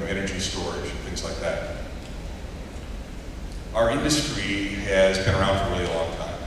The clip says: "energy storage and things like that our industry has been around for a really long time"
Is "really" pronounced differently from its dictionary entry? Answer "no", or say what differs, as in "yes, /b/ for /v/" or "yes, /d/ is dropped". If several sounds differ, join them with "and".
yes, /l/ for /ɹ/ and /l/ is dropped